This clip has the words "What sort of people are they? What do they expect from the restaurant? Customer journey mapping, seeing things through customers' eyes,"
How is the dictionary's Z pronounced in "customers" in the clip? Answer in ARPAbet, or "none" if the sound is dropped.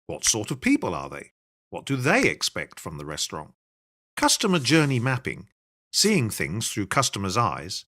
Z